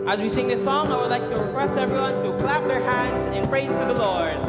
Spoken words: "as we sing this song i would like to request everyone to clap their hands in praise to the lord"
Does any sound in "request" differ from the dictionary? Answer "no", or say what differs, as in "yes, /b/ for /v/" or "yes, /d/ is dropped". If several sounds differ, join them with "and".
yes, /t/ is dropped